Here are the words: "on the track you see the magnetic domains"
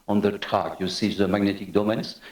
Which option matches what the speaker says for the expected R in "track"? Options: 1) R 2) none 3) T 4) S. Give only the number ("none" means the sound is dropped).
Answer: 2